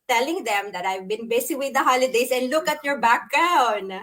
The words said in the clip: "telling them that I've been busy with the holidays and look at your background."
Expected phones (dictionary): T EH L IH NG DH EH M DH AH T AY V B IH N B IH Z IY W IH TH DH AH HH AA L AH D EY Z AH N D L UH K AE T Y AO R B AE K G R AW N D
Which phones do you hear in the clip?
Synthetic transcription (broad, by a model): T EH L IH NG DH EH M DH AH T AY V B IH N B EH S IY W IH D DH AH HH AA L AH D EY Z AH N D L UH K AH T Y AO R B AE K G R AW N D